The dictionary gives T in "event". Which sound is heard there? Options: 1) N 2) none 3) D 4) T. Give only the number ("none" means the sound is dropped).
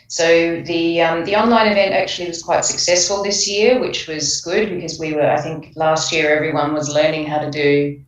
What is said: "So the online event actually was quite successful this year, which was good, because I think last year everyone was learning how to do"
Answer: 4